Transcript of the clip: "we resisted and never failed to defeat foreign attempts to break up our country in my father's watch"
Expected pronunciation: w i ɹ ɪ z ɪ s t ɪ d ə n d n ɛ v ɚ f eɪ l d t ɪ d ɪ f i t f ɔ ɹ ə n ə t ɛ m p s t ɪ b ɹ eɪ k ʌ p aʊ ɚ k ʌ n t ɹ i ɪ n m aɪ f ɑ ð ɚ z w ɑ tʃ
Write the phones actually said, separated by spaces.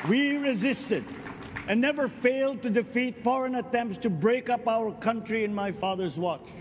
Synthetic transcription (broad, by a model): w i ɹ ɪ z ɪ s t ɪ d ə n n ɛ v ɚ f eɪ l d t ɪ d ɪ f i t f ɔ ɹ ə n ə t ɛ m p s t ɪ b ɹ eɪ k ʌ p aʊ ɚ k ʌ n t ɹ i ɪ n m aɪ f ɑ ð ɚ z w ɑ tʃ